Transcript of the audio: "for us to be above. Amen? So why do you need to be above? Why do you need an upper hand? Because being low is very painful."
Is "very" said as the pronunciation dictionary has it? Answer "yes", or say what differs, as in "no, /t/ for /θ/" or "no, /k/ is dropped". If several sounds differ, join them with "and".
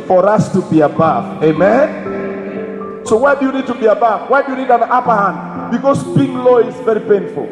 yes